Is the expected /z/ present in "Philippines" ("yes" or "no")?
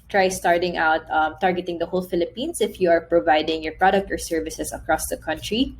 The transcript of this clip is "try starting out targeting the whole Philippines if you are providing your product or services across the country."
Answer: no